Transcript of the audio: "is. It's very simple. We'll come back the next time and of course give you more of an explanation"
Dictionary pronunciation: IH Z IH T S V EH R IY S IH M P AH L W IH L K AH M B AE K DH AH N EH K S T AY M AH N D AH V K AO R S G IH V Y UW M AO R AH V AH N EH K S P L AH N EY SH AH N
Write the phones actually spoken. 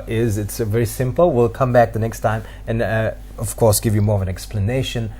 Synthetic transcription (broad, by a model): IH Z IH T S V EH R IY S IH M P AH L W IH L K AH M B AE K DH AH N EH K S T AY M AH N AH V K AO R S G IH V Y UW M AO R AH V AH N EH K S P L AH N EY SH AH N